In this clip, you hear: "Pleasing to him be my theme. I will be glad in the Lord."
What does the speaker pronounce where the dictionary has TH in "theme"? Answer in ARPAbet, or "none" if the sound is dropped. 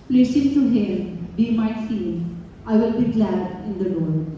F